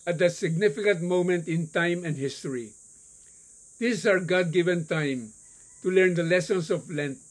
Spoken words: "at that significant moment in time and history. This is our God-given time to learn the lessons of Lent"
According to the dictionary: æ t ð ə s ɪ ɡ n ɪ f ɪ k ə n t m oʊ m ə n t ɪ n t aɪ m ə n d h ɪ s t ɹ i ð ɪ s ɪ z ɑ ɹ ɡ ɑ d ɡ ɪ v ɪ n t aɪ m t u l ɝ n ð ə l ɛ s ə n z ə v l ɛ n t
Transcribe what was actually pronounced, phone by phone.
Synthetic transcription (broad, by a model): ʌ t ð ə s ɪ ɡ n ɪ f ɪ k ə n t m oʊ m ə n t ɪ n t aɪ m ə n d h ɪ s t i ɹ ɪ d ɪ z ɑ ɹ ɡ ɑ d ɡ ɪ v ɪ n t aɪ m t u l ɝ n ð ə l ɛ s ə n s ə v l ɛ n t